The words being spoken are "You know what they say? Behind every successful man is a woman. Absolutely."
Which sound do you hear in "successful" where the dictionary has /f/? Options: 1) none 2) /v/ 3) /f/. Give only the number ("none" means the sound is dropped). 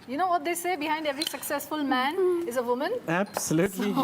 3